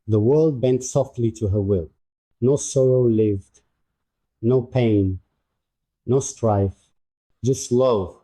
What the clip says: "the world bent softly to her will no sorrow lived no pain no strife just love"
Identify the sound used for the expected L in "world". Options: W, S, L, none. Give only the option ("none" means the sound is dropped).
L